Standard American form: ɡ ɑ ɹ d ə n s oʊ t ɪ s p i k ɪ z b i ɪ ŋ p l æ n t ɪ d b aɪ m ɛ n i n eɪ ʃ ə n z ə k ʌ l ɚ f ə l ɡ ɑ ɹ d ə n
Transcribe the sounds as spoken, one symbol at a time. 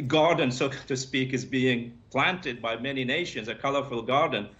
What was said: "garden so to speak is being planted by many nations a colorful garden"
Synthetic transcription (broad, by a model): ɡ ɑ ɹ d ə n s oʊ t ɪ s p i k ɪ z b i ɪ ŋ p l æ n t ɪ d b aɪ m ɛ n i n eɪ ʃ ə n z ə k ʌ l ɚ f ə l ɡ ɑ ɹ d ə n